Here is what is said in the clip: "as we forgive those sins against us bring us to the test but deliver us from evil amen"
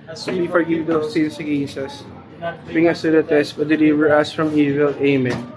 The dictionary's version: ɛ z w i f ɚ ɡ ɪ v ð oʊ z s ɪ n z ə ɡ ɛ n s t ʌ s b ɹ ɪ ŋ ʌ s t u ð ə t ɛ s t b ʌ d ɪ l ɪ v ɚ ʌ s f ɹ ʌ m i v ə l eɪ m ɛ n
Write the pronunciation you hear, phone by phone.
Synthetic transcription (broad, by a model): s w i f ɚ ɡ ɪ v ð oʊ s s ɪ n s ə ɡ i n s ʌ s b ɹ ɪ ŋ ʌ s t u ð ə t ɛ s t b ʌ d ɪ l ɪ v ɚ ʌ s f ɹ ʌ m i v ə l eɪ m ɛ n